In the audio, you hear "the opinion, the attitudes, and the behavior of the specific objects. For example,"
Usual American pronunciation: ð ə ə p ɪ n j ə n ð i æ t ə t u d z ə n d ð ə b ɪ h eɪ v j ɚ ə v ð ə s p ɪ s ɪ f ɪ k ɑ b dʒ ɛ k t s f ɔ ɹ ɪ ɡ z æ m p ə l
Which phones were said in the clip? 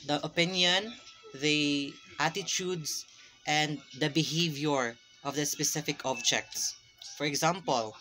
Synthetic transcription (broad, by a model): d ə ə p ɪ n j ə n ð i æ t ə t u d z ə n d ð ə b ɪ h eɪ v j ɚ ə v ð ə s p ɪ s ɪ f ɪ k ɑ b dʒ ɛ k t s f ɔ ɹ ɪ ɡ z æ m p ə l